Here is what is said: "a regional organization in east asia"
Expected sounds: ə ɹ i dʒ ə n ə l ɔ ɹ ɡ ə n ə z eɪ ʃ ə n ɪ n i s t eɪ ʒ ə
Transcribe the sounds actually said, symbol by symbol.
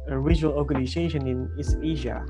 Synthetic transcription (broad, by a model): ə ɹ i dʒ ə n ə l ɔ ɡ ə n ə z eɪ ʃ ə n ɪ n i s eɪ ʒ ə